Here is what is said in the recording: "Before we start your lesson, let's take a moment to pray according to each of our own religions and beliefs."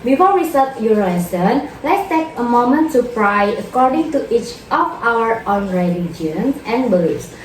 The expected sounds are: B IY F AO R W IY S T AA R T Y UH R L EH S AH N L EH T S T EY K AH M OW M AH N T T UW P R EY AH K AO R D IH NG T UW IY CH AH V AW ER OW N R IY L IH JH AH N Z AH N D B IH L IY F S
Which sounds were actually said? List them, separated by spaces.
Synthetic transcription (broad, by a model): B IY F AO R W IY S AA L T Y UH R L EH S AH N L EH T S T EY K AH M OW M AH N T T UW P R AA AH K AO R D IH NG T UW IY CH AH F AW ER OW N R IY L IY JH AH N S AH N B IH L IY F S